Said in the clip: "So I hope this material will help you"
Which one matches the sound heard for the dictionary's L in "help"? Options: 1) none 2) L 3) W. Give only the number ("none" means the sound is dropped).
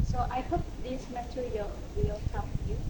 1